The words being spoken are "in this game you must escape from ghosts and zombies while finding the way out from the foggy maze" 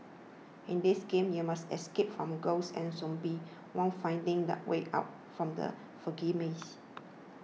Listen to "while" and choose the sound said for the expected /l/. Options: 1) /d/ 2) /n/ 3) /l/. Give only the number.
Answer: 2